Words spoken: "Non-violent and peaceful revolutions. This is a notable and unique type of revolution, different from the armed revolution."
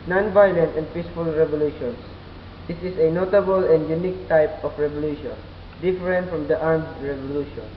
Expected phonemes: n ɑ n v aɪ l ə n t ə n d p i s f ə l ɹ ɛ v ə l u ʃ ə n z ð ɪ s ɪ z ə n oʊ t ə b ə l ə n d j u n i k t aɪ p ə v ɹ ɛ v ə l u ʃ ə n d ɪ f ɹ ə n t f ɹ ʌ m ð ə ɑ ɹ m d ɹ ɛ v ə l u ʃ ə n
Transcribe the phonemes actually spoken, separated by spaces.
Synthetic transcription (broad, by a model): n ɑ n v aɪ l ə n t ə n d p i s f ə l ɹ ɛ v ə l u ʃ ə n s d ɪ s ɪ s ə n oʊ t ə b ə l ə n d j u n i k t aɪ p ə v ɹ ɛ v ə l u ʃ ə n d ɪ f ɹ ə n t f ɹ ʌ m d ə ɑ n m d ɹ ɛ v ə l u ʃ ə n